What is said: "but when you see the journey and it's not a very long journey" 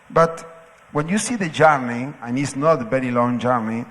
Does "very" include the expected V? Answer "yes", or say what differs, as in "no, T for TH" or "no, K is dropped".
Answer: no, B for V